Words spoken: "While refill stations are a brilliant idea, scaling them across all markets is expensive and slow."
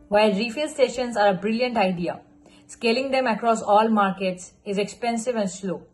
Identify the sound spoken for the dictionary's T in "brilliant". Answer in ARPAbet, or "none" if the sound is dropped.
T